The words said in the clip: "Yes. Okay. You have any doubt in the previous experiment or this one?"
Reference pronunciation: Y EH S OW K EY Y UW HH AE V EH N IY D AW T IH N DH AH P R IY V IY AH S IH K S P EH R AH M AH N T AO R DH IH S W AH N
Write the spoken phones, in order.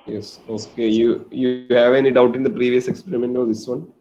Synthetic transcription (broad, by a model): Y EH S OW K EY Y UW HH AE V EH N IY D AW T IH N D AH P R IY V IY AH S IH K S P EH R AH M AH N T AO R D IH S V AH N